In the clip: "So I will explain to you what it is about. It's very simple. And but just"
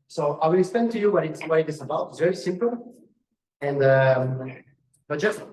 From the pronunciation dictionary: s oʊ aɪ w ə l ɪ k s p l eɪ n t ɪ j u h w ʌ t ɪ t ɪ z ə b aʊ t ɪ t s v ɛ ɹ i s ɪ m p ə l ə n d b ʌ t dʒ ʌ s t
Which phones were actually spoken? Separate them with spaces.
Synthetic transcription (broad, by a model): s oʊ aɪ w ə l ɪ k s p eɪ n t ɪ j u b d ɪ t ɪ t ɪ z ə b aʊ t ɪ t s v ɛ ɹ i s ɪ m p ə l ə n d b ʌ t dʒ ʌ s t